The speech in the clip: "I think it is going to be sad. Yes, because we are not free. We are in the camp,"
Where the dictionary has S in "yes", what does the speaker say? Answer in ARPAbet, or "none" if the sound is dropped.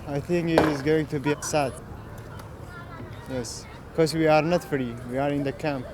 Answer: S